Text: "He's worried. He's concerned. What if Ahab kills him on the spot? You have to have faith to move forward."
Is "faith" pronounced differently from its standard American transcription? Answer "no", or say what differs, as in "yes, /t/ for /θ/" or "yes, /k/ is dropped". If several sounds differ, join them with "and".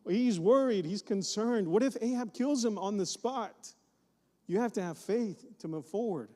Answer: no